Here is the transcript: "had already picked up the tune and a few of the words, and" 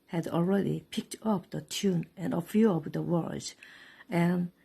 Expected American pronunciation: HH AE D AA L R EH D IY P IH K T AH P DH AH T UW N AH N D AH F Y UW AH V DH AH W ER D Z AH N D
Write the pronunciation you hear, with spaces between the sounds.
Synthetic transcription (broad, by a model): HH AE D AA L R EH D IY P IH K T AH P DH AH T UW N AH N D AH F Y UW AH P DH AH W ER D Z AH N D